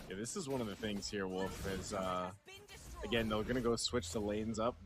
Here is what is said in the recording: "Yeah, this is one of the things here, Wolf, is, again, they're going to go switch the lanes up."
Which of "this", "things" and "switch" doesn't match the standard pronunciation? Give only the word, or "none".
none